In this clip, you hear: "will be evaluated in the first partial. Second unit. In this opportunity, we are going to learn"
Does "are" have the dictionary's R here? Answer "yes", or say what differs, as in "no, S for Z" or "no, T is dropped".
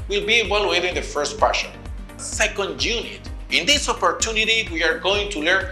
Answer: yes